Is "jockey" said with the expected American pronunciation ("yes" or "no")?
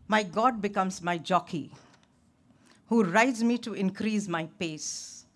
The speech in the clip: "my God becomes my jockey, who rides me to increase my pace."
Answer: yes